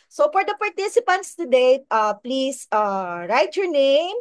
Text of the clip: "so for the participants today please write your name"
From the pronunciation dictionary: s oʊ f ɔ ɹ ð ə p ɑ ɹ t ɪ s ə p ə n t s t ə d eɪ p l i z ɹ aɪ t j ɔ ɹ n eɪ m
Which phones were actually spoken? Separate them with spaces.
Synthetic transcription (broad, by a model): s oʊ f ɔ ɹ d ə p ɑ ɹ t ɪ s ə p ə n t s t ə d eɪ p l i s ɹ aɪ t j ɔ ɹ n eɪ m